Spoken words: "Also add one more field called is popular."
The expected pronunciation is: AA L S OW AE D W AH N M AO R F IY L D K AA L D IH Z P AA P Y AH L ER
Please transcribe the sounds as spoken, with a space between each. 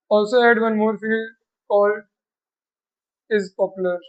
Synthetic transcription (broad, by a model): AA L S OW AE D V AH N M AO R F IY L D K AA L IH Z P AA P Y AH L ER